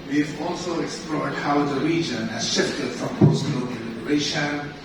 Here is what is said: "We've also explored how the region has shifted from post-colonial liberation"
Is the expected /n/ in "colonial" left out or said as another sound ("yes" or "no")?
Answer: yes